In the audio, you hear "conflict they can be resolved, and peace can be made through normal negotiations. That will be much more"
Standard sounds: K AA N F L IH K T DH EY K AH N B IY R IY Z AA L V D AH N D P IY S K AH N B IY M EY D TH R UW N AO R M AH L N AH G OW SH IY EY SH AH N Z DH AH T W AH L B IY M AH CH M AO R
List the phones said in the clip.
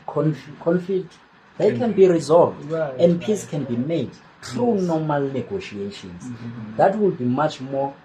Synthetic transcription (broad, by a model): K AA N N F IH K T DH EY K AH N B IY R IY Z AA L V D AH N D P IY S K AH N B IY M EY D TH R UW N AO M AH L N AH G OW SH IY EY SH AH N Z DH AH T W AH L B IY M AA CH M AO